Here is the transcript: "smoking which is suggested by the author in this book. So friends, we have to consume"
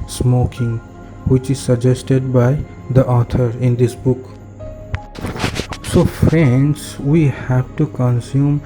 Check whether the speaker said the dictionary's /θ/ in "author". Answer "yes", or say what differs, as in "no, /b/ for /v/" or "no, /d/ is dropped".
no, /t/ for /θ/